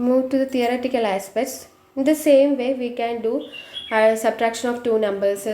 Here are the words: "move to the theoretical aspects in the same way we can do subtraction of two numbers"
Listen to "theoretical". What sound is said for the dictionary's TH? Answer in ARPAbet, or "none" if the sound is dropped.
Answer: T